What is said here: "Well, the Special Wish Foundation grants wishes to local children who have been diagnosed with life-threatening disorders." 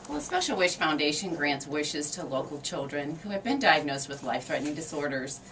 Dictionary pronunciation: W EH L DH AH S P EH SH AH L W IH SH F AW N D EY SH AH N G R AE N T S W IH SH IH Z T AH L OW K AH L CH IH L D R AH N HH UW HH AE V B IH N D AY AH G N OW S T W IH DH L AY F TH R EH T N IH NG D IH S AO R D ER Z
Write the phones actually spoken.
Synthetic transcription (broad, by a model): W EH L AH S P EH SH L W IH SH F AW N D EY SH AH N G R AE N T S W IH SH IH Z T AH L OW K L CH IH L D R AH N HH UW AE V B IH N D AY AH G N OW S T W IH DH L AY F TH R EH T N IH NG D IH S AO R D ER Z